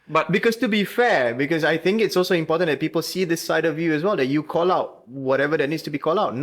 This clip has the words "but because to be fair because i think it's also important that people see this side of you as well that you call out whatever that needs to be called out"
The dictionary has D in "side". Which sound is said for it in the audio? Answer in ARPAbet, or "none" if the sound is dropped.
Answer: D